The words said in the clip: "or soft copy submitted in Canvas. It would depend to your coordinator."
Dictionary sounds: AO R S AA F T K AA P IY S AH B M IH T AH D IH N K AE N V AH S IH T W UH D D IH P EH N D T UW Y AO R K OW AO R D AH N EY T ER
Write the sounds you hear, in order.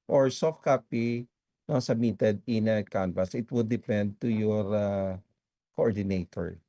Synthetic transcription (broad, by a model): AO R S AA F T K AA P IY S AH B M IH T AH D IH N K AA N P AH S IH T W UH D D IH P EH N D T UW Y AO R K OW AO R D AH N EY T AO